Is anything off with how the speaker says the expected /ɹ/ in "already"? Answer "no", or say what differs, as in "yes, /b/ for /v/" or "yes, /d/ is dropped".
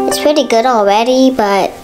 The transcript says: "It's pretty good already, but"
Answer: yes, /w/ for /ɹ/